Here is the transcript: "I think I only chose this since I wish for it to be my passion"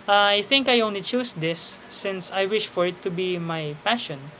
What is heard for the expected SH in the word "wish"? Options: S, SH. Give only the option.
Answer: SH